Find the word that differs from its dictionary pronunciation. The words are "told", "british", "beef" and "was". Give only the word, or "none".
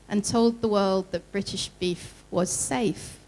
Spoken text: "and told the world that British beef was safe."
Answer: none